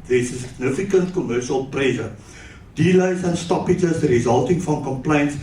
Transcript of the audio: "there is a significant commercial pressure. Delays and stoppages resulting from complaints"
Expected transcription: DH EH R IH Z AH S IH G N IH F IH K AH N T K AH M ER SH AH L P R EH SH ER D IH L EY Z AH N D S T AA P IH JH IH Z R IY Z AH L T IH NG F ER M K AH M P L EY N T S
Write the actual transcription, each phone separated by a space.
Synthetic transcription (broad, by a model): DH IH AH S IH G N IH F IH K AH N T K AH M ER SH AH L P R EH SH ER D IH L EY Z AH N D S T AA P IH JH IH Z R IY Z AH L T IH NG F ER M K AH M P L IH N T S